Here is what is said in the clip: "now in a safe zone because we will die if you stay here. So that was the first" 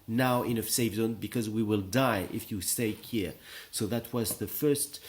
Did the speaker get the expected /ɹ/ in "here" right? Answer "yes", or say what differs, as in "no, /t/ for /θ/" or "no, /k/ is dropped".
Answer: yes